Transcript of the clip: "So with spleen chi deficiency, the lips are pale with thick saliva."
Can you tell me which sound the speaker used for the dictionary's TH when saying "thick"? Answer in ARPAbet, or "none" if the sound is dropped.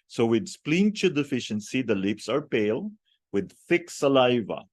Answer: TH